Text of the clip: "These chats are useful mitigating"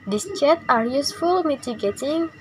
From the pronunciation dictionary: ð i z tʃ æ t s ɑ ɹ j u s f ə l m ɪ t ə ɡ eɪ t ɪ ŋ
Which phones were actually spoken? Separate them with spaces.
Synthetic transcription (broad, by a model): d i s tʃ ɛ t ɑ ɹ j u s f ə l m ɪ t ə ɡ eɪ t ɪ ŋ